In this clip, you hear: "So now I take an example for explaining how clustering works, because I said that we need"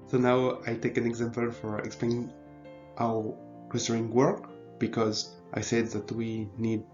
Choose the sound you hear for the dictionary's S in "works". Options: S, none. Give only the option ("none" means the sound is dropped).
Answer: none